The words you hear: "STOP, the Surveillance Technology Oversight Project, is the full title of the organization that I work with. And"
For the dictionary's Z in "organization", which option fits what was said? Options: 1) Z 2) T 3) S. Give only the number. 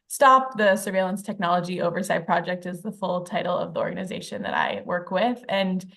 1